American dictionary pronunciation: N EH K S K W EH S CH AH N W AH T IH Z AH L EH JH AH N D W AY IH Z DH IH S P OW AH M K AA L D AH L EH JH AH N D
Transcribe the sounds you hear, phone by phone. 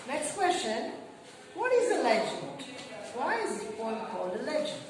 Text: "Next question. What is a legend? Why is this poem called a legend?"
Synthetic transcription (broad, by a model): N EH K S K W EH S CH AH N W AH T IH Z AH L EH JH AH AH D W AY IH Z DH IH P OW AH K AA L D AH L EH JH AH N